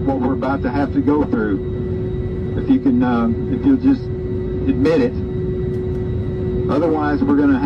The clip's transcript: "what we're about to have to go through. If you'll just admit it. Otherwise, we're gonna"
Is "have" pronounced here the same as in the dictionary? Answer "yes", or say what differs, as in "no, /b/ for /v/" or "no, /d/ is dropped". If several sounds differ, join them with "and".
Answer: no, /f/ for /v/